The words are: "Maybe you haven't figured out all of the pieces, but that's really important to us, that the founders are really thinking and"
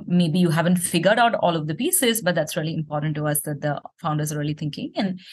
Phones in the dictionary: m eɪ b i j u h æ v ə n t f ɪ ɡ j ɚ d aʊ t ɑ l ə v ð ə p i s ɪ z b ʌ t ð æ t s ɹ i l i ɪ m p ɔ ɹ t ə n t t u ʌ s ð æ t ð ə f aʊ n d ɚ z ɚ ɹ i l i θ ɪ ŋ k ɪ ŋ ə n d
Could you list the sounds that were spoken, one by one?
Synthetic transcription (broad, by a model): m eɪ b i j u h æ v ə n t f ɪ ɡ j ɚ d aʊ t ɑ l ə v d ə p i s ɪ z b ʌ t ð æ t s ɹ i l i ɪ m p ɔ ɹ t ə n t t u ʌ s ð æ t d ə f aʊ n d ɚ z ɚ ɹ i l i t ɪ ŋ k ɪ ŋ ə n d